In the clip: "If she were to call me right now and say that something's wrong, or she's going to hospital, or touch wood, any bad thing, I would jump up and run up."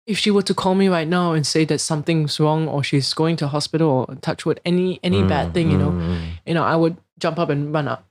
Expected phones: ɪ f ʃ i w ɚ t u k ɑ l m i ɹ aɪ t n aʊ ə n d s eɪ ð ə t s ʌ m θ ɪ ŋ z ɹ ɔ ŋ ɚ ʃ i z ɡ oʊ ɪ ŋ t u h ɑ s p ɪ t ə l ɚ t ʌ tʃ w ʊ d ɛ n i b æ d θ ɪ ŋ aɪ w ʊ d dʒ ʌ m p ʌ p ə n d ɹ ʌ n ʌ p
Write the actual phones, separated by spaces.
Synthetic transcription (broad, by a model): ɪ f ʃ i w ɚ t u k ɑ l m i ɹ aɪ t n aʊ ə n s eɪ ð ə t s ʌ m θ ɪ ŋ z ɹ ɔ ŋ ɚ ʃ i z ɡ oʊ ɪ ŋ t u h ɑ s p ɪ t ə l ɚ t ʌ tʃ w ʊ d ɛ n i b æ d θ ɪ ŋ aɪ w ʊ d dʒ ʌ m p ʌ p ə n ɹ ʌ n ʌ p